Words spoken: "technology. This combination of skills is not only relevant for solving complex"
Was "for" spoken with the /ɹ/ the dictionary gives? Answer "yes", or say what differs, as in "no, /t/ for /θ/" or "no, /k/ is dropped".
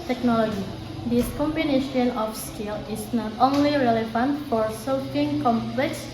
yes